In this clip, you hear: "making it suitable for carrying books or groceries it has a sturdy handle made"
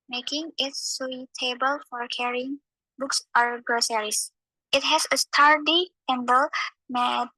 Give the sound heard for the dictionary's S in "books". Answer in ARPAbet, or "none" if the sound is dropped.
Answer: S